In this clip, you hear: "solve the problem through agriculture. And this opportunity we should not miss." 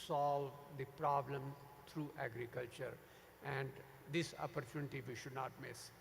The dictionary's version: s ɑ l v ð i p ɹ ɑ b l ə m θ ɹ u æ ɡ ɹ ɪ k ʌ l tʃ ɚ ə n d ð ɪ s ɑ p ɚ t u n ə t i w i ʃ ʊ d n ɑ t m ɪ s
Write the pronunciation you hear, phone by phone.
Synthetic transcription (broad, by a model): s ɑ l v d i p ɹ ɑ b l ə m t ɹ u æ ɡ ɹ ɪ k ʌ l tʃ ɚ ə n d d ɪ s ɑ p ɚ t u n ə t i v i ʃ ʊ d n ɑ t m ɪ s